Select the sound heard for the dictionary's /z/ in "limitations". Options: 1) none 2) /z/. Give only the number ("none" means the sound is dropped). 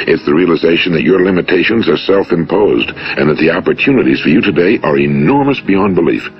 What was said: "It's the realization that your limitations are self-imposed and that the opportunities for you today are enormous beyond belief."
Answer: 2